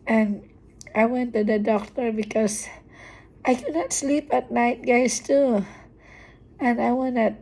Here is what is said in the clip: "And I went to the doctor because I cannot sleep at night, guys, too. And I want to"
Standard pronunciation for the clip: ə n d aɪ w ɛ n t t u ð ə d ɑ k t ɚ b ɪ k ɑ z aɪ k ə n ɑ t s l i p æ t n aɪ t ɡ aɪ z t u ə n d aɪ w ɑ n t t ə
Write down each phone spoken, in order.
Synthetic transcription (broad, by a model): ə n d aɪ w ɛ n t t u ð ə d ɑ k t ɚ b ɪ k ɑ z aɪ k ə n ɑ t s l i p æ t n aɪ t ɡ aɪ s t u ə n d aɪ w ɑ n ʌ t